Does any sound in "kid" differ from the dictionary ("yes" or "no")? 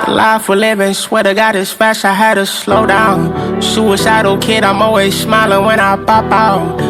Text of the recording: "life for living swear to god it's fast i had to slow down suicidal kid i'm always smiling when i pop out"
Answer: no